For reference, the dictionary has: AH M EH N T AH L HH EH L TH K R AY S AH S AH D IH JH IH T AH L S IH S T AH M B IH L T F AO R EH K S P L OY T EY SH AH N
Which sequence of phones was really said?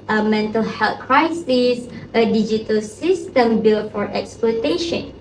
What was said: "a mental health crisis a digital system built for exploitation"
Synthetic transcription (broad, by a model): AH M EH N T AH L HH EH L T K R AY S AH S AH D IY JH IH T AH L S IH S T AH M B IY L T F AO R EH K S P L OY T EY SH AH N